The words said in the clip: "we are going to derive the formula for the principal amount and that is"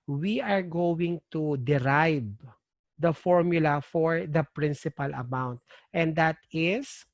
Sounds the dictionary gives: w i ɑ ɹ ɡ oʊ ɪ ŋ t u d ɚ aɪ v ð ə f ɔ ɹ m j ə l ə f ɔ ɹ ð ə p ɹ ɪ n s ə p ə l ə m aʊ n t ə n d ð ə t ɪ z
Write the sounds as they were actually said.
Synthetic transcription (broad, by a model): w i ɑ ɹ ɡ oʊ ɪ ŋ t u d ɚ aɪ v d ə f ɔ ɹ m j ə l ə f ɔ ɹ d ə p ɹ ɪ n s ə p ə l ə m aʊ n t ə n d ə t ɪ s